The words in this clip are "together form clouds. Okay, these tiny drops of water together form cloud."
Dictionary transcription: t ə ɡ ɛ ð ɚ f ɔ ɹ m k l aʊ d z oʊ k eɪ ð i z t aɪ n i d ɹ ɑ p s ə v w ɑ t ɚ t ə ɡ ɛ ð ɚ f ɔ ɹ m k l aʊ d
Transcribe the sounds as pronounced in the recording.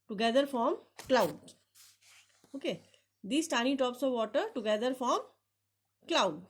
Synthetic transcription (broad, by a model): t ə ɡ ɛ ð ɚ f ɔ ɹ m k l aʊ d oʊ k eɪ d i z t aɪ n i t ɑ p s ə v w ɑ t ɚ t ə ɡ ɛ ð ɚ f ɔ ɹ m k l aʊ d